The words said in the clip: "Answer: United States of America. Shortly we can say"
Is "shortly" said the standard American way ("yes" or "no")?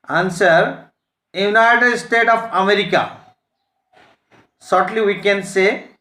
no